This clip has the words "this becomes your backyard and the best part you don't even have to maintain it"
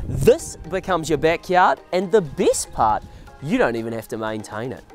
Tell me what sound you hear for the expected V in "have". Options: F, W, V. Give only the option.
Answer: F